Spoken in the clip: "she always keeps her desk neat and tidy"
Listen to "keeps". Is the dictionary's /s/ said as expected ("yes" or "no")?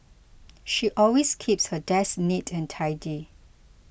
yes